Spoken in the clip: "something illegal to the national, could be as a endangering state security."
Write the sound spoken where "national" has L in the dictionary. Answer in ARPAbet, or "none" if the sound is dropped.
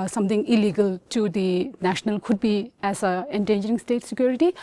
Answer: L